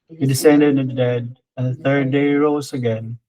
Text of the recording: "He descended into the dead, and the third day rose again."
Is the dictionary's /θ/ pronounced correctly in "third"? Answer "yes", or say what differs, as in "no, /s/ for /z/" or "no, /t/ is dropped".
yes